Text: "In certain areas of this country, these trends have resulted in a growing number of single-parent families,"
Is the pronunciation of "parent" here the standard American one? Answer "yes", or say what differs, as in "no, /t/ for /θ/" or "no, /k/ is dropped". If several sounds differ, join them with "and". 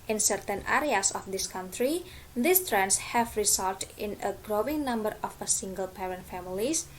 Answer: yes